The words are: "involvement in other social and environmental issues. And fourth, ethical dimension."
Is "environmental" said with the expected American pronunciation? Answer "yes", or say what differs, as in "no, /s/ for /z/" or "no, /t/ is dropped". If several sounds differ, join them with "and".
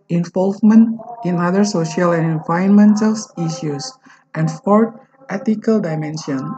no, /ɹ/ is dropped